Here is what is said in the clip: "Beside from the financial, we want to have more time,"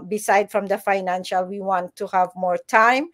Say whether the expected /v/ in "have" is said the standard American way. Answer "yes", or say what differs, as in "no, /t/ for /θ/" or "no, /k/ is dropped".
yes